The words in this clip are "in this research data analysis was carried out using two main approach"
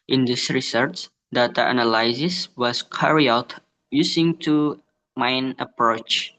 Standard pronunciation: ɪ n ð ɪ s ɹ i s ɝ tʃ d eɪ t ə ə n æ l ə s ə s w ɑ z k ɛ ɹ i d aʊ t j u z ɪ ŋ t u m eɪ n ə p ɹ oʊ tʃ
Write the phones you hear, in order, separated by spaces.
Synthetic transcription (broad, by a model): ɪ n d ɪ s ɹ i s ɝ tʃ d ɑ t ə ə n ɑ l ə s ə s w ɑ s k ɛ ɹ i aʊ t j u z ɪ ŋ t u m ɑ n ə p ɹ oʊ tʃ